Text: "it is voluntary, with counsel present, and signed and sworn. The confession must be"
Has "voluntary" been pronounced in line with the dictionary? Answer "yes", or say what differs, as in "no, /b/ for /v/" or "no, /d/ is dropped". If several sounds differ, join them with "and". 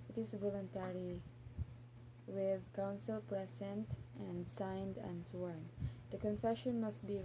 yes